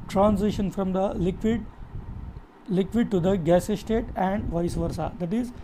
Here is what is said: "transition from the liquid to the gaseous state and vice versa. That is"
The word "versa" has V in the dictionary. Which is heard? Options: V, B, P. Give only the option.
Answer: V